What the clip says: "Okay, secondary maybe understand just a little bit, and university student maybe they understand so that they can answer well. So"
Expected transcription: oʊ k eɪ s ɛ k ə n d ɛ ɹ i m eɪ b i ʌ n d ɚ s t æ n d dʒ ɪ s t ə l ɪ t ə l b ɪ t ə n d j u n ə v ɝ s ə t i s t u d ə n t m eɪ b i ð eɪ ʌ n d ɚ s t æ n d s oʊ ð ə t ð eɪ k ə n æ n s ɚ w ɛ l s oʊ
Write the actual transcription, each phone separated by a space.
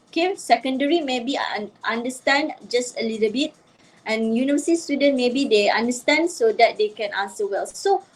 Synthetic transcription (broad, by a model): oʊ k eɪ s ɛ k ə n d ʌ ɹ i m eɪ b i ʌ n d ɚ s t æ n d dʒ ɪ s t ə l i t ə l b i t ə n j u n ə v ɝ s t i s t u d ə n m eɪ b i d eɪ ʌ n d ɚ s t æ n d s oʊ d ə t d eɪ k ə n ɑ s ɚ w ɛ l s oʊ